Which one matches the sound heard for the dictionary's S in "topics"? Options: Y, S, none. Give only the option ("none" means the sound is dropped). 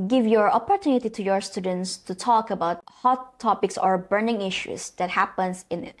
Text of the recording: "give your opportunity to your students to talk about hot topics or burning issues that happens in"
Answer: S